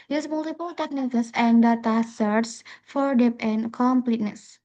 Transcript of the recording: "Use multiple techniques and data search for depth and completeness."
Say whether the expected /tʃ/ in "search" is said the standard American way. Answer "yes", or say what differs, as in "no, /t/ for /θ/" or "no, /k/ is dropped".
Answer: no, /s/ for /tʃ/